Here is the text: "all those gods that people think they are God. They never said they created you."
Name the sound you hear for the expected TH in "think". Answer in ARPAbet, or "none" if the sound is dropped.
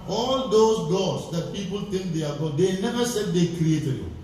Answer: T